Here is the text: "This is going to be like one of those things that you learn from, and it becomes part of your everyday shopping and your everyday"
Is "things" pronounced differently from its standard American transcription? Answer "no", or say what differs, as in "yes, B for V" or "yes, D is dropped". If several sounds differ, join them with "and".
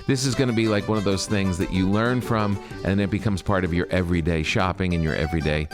no